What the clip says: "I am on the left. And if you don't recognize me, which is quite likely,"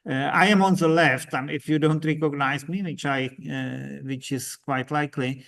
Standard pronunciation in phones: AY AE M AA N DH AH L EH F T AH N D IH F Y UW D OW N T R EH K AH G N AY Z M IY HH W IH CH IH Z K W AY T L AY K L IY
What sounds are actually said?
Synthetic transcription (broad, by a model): AY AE M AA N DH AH L EH F T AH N IH F Y UW D OW N T R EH K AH G N AY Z M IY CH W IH CH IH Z K W AY T L AY K L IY